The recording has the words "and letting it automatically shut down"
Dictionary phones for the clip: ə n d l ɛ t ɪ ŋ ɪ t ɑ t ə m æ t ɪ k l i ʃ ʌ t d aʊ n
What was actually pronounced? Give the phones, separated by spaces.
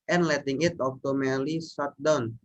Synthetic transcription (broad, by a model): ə n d l ɛ t ɪ ŋ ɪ t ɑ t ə m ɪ l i s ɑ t d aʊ n